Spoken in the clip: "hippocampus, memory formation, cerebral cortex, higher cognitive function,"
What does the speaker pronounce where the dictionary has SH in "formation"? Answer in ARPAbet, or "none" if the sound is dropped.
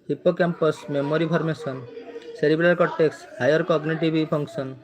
S